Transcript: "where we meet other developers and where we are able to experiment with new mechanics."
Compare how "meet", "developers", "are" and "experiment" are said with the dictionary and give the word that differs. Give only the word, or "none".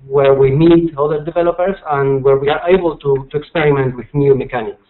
developers